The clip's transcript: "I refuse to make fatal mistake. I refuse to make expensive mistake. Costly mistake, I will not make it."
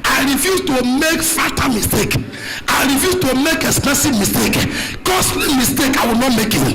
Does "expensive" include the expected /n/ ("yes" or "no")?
no